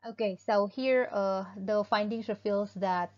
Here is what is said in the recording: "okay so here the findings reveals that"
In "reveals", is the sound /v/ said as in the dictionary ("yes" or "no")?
no